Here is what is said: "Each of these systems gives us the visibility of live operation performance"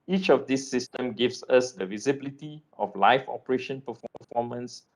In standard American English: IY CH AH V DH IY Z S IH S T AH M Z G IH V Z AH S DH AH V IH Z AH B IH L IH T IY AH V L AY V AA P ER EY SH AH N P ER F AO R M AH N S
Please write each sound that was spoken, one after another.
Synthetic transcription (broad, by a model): IY CH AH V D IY S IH S T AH M G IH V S AH S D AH V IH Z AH B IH L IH T IY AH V L AY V AA P ER EY SH AH N P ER F AO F M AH N S